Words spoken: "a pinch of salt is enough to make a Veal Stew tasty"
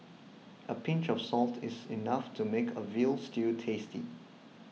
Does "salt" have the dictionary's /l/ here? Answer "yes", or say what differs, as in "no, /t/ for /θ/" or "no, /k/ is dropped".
yes